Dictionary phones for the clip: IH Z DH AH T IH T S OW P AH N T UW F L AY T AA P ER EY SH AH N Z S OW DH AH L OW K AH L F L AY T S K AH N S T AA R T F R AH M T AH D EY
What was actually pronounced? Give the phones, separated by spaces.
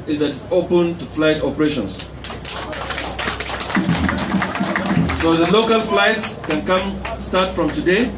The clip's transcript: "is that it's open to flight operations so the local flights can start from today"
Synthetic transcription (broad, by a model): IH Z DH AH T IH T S OW P AH N T UW F L AY T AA P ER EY SH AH N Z S OW DH AH L OW K AH L F L AY T S K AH N S T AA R T F R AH M T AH D EY